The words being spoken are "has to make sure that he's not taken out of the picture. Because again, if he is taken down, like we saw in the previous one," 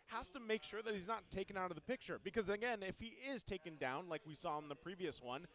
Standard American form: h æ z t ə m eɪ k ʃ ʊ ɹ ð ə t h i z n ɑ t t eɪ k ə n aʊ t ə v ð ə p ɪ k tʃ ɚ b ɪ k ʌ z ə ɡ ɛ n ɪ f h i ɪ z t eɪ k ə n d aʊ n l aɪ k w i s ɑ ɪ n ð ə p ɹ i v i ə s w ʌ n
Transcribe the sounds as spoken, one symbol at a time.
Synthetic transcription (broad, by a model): h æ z t ə m eɪ k ʃ ʊ ɹ ð ə t h i z n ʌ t t eɪ k ə n aʊ t ə v ð ə p ɪ k tʃ ɚ b ɪ k ʌ z ə ɡ ɛ n ɪ f h i ɪ z t eɪ k ə n d aʊ n l aɪ k w i s ɑ ɪ n ð ə p ɹ i v i ə s w ʌ n